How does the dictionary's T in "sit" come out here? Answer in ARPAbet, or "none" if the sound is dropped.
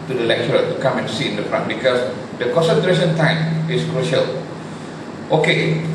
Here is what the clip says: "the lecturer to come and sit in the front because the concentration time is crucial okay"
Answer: none